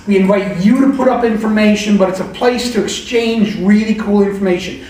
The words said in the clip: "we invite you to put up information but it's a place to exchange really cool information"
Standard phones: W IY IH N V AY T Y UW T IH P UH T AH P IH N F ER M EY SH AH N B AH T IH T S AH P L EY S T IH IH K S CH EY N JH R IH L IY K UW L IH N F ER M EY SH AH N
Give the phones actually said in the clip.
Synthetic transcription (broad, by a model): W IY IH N V AY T Y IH T IH P UH T AH P IH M F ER M EY SH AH N B AH T IH T S AH P L EY S T IH IH K S CH EY N JH R IH L IY K UW L IH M F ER M EY SH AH N